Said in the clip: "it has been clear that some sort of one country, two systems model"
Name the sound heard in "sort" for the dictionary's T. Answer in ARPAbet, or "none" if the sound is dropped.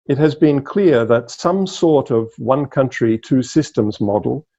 T